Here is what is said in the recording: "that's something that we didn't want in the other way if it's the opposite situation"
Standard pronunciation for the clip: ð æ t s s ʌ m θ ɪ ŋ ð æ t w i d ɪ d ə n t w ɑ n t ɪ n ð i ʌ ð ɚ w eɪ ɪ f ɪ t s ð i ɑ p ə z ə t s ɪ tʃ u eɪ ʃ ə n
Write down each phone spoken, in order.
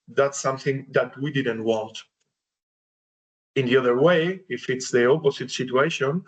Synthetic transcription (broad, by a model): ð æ t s s ʌ m θ ɪ ŋ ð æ t w i d ɪ d ə n t w ɑ n t ɪ n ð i ʌ ð ɚ w eɪ ɪ f ɪ t s ð i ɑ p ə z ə t s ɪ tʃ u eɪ ʃ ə n